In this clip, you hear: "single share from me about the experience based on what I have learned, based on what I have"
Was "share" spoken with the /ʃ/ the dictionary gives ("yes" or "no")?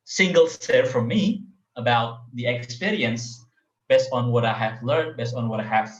no